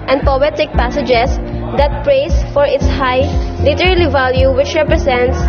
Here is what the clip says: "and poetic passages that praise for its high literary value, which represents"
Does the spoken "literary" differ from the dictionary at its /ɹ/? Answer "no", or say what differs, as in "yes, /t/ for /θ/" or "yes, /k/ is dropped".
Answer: yes, /l/ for /ɹ/